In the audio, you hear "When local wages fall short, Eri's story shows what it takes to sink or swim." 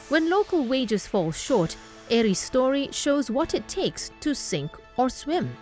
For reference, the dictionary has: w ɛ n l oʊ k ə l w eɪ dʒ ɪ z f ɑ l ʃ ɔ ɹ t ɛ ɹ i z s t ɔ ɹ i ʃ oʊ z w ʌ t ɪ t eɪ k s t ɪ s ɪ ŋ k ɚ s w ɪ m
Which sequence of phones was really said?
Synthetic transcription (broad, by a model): w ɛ n l oʊ k ə l w eɪ dʒ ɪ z f ɑ l ʃ ɔ ɹ t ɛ ɹ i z s t ɔ ɹ i ʃ oʊ z w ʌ t ɪ t eɪ k s t ɪ s ɪ ŋ k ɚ s w ɪ m